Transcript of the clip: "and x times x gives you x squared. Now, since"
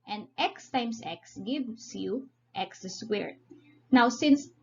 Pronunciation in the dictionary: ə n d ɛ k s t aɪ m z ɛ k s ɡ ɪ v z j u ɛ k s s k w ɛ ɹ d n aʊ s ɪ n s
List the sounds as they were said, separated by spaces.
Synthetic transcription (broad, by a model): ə n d ɛ k s t aɪ m s ɛ k s ɡ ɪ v s j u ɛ k s s w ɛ ɹ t n aʊ s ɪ n s